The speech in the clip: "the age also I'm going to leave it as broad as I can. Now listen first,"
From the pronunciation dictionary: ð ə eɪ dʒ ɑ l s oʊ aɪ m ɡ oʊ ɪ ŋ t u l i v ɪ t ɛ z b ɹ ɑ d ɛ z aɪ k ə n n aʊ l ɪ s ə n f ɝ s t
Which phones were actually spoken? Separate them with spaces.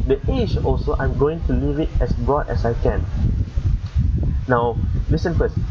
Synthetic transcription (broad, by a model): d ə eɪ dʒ ɑ l s oʊ aɪ m ɡ oʊ ɪ ŋ t u l i v ɪ t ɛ s b ɹ ɑ d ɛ s aɪ k ə n n aʊ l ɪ s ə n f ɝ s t